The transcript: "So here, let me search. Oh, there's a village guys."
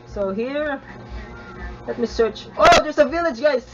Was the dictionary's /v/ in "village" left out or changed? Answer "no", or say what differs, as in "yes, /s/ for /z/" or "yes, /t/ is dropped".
no